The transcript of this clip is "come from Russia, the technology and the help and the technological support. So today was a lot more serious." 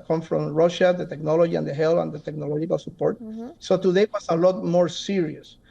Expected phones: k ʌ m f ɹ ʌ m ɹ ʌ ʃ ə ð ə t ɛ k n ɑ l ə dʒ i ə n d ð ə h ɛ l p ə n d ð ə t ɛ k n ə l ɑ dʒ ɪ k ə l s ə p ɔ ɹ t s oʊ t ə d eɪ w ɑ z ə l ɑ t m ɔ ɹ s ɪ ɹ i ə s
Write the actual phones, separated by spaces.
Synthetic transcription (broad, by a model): k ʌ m f ɹ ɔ m ɹ ʌ ʃ ə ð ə t ɛ k n ɑ l ə dʒ i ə n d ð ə h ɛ l ə n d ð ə t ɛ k n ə l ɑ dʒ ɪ k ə l s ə p ɔ ɹ t s oʊ t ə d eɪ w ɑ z ə l ɑ t m ɔ ɹ s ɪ ɹ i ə s